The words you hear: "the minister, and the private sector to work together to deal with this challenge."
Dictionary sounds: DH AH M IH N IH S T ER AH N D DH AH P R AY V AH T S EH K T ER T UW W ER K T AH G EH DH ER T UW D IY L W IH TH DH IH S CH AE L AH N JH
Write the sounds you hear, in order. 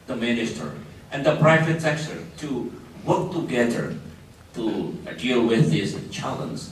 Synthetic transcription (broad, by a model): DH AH M IH N IH S T ER AH N D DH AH P R AY V AH T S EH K S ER T UW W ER K T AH G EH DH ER T UW D IY L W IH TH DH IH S CH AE L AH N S